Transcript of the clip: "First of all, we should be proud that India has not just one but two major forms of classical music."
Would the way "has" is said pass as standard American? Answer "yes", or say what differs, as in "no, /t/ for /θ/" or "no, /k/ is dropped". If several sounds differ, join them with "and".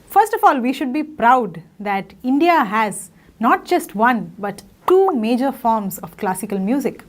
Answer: yes